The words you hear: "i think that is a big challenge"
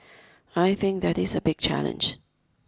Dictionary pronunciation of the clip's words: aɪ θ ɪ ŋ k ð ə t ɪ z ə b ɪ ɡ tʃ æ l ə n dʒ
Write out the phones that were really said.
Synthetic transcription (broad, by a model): aɪ θ ɪ ŋ k ð ə t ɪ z ə b ɪ ɡ tʃ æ l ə n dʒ